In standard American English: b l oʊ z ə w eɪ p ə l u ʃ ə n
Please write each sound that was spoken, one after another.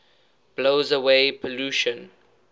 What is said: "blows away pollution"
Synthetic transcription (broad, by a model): b l oʊ z ə w eɪ p ə l u ʃ ə n